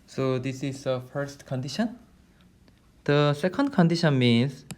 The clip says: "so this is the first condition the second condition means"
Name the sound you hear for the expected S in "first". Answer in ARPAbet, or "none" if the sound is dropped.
S